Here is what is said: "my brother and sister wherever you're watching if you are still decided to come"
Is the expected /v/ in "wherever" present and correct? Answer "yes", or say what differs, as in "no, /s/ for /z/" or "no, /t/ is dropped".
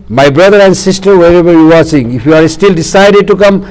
no, /b/ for /v/